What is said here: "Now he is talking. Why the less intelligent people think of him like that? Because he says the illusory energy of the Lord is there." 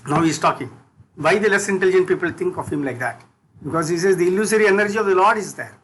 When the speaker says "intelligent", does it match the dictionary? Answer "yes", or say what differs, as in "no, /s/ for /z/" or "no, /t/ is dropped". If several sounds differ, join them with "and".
yes